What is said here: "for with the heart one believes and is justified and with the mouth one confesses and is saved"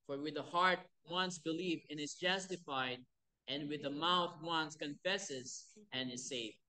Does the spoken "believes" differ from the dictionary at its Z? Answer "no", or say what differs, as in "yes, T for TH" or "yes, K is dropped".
yes, Z is dropped